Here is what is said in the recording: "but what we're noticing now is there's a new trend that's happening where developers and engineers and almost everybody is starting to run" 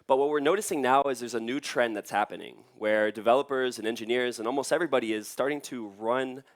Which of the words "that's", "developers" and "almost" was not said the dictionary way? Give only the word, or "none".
none